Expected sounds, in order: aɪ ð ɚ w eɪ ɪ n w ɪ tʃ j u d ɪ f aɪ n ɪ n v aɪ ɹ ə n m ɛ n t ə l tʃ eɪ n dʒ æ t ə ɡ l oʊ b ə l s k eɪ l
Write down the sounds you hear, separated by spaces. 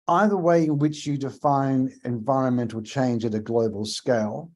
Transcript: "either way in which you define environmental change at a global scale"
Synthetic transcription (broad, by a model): aɪ ð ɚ w eɪ ɪ n w ɪ tʃ j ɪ d ɪ f aɪ n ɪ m v aɪ ɹ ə n m ɛ n t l tʃ eɪ n dʒ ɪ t ə ɡ l oʊ b ə l s k eɪ l